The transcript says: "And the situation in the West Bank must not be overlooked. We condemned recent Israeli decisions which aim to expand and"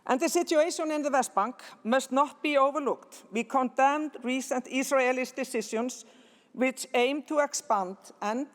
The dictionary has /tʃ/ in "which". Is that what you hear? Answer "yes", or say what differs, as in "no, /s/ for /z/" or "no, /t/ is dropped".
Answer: yes